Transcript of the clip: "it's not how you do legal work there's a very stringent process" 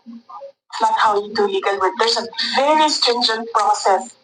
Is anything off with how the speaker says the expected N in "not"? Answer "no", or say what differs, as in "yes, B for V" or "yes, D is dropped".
yes, L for N